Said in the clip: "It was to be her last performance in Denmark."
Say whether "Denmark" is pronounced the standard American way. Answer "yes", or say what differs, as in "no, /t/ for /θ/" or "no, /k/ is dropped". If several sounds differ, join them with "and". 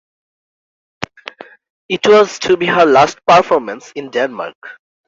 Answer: yes